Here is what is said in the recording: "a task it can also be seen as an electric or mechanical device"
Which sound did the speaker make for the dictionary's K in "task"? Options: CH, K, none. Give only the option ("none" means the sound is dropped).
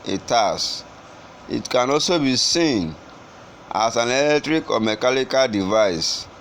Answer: none